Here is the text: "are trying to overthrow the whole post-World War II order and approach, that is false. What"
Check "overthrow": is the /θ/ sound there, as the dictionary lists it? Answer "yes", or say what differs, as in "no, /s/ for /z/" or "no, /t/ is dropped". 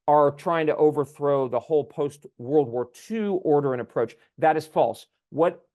yes